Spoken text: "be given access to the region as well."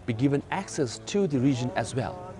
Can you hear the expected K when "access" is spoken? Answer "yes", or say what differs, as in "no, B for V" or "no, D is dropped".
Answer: yes